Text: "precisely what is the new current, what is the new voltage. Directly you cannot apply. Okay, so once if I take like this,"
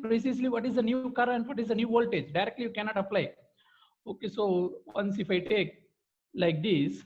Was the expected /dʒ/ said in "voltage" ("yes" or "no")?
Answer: yes